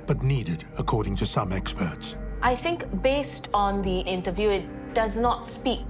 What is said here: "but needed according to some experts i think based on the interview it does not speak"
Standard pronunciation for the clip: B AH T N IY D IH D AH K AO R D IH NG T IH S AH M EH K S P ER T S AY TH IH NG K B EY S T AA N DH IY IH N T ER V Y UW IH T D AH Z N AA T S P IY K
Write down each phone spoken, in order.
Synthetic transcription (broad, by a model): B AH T N IY D IH D AH K AO R D IH NG T IH S AH M EH K S P ER T S AY TH IH NG K B EY S T AA N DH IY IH N T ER V Y UW IH T D AH Z N AA T S P IY K